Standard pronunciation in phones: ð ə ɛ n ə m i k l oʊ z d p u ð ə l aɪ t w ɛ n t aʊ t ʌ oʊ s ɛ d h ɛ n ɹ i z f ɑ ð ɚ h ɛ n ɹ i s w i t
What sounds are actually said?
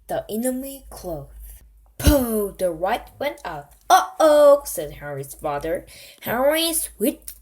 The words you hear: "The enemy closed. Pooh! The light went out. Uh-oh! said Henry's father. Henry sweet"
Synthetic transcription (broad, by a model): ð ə ɛ n ə m i k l oʊ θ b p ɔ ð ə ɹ aɪ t w ɛ n t aʊ t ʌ oʊ s ɛ d h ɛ ɹ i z f ɑ ð ɚ h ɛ ɹ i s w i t